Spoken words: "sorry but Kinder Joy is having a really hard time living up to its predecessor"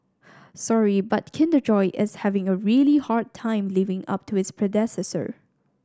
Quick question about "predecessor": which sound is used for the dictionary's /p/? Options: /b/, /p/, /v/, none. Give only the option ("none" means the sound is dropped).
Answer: /p/